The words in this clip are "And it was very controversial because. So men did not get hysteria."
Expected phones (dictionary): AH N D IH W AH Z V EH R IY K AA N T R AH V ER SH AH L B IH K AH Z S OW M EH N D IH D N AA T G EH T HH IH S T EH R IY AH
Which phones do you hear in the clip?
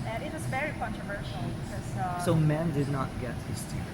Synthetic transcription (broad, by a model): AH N IH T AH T V EH R IY K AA N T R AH V ER SH L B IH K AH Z S OW M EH N D IH D N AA T G EH T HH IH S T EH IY